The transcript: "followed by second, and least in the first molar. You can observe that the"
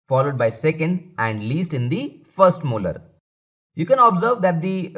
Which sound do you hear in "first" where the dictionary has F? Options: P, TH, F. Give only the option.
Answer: F